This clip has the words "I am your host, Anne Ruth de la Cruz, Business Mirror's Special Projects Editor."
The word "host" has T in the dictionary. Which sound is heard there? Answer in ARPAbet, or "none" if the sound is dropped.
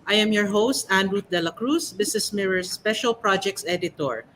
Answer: T